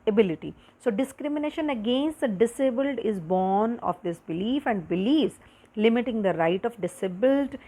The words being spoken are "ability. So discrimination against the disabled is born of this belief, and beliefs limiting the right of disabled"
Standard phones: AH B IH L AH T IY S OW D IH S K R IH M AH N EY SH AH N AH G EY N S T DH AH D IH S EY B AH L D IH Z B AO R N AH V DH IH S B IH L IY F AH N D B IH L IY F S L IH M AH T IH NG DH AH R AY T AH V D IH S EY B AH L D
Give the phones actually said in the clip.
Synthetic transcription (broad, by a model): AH B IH L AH T IY S OW D IH S K R IH M AH N EY SH AH N AH G EY N S T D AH D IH S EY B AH L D IH Z B AO R N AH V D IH S B IH L IY F AH N D B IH L IY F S L IH M AH T IH NG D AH R AY T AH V D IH S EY B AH L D